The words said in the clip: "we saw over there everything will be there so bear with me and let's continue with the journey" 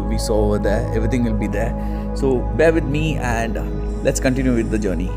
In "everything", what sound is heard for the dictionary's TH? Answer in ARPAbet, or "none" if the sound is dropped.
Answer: T